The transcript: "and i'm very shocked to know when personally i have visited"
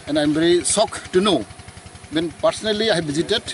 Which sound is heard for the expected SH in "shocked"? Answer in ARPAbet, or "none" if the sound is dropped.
S